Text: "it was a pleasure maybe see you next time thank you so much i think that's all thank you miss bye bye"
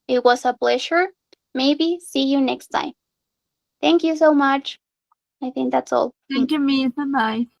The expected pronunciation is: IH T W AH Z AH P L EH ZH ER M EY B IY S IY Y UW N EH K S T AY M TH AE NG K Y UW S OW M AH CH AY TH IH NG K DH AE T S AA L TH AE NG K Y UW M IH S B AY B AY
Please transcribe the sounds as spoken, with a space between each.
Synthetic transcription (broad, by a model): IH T W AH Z AH B L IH SH ER M EY B IY S IY Y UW N EH K S T AY M TH AE NG K Y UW S OW M AH CH AY TH IH NG K DH AE T S AA L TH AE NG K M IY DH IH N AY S